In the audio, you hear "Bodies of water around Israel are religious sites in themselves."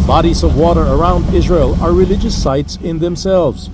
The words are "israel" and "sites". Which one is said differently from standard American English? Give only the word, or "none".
none